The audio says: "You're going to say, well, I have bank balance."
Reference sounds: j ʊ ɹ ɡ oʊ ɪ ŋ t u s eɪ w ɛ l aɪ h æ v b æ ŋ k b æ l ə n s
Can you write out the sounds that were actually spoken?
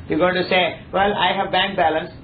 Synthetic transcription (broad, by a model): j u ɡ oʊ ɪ t u s eɪ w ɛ l aɪ h æ v b æ ŋ k b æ l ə n s